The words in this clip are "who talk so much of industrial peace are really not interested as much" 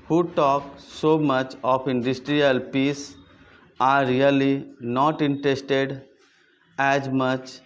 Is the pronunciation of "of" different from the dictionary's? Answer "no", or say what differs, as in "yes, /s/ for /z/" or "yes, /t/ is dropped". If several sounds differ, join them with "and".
yes, /p/ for /v/